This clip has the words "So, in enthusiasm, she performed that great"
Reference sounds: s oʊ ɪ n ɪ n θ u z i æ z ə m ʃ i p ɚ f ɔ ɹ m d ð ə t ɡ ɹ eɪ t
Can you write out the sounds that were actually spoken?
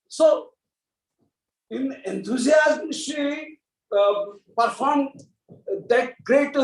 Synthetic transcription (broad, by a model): s oʊ ɪ n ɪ n t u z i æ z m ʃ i p ɚ f ɔ ɹ m d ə t ɡ ɹ eɪ t